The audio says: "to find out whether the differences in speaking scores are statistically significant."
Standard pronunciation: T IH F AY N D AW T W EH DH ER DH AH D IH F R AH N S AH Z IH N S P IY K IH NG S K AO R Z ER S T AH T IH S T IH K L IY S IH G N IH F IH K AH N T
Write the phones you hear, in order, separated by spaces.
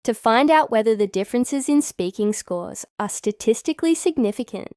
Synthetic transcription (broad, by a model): T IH F AY N D AW T W EH DH ER DH AH D IH F R AH N S AH Z IH N S P IY K IH NG S K AO R Z ER S T AH T IH S T IH K L IY S IH G N IH F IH K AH N T